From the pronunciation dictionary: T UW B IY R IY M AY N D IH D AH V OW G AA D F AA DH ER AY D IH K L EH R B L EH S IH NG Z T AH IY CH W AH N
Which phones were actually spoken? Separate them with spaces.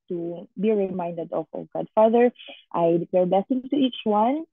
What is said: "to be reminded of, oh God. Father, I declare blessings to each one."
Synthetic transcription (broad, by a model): T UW B IY R IY M AY N D IH D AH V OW G AA D F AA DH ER AY D IH K L EH R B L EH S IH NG T AH IY CH W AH N